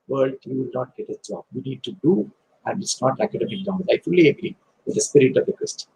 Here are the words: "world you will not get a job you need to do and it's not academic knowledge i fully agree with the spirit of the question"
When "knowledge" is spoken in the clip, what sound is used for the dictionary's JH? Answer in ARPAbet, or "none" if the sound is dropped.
none